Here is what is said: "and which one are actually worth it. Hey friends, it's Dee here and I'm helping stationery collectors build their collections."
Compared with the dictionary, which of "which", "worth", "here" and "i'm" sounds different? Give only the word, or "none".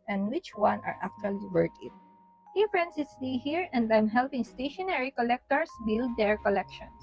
worth